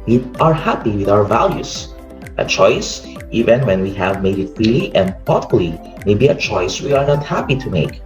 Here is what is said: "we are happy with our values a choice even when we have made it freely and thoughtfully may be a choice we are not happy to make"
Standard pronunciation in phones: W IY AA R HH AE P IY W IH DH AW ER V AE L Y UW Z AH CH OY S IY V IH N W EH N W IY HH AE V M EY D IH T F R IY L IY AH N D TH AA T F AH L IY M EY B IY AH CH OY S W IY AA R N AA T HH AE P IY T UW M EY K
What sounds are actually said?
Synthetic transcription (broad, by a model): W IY AA R HH AE P IY W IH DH AW ER V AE L Y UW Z AH CH OY S IY V IH N W EH N W IY HH AE V M EY D IH T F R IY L IY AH N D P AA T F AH L IY M EY B IY AH CH OY S W IY AA R N AA T HH AE P IY T UW M EY K